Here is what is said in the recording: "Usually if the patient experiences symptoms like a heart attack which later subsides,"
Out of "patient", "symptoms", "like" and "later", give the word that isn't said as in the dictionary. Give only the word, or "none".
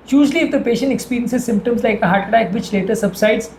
none